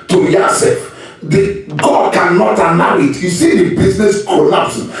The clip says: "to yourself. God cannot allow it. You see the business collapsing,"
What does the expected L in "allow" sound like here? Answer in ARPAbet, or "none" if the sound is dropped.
N